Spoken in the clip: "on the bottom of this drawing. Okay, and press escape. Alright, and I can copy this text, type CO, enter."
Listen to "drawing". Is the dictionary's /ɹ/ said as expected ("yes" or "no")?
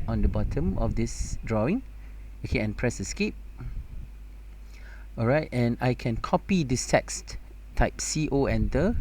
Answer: yes